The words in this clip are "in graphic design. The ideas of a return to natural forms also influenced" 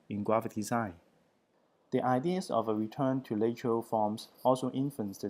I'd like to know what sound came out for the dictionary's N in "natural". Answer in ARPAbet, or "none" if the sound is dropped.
L